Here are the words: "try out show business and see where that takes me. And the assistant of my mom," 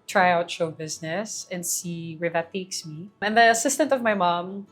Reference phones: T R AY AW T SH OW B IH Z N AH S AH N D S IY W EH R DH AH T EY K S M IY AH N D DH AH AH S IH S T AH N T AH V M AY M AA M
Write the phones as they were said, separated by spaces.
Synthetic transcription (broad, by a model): T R AY AW T SH OW B IH Z N AH S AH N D S IY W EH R DH AH T EY K S M IY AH N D DH AH AH S IH S T AH N T AH V M AY M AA M